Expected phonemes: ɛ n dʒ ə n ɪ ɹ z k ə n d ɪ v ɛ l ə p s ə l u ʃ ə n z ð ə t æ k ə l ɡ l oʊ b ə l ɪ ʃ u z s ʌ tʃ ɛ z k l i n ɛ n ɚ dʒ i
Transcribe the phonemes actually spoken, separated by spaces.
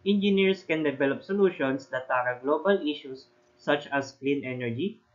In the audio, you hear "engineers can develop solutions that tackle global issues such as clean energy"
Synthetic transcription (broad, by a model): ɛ n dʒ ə n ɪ ɹ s k ə n d ɪ v ɛ l ə p s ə l u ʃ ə n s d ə t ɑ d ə ɡ l oʊ b ə l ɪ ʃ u s ʌ tʃ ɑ s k l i n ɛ n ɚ dʒ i